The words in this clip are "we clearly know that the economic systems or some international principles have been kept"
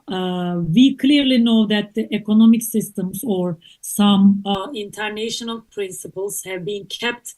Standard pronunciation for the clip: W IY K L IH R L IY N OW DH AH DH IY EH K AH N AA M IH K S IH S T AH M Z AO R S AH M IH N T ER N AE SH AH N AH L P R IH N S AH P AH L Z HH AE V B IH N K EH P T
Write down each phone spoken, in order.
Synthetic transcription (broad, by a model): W IY K L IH R L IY N OW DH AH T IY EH K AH N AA M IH K S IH S T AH M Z AO R S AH M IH N T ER N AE SH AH N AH L P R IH N S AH P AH L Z HH AE V B IH N K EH P T